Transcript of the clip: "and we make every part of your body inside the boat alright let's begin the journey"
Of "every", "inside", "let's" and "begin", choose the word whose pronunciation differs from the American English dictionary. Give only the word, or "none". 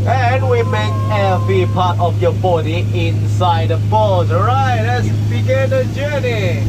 every